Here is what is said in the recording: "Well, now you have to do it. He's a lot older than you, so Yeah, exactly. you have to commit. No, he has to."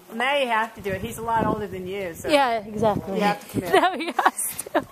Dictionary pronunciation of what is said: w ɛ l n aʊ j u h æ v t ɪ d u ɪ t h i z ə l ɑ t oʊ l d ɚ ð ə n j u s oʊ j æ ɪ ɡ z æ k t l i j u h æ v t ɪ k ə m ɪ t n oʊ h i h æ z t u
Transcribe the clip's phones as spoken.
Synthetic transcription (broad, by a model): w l n aʊ j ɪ h æ f t ɪ d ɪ ɪ t h i z ə l ɑ t oʊ l d ɚ ð ə n j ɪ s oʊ j æ ɪ ɡ z æ k t l i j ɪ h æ f t ɪ k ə m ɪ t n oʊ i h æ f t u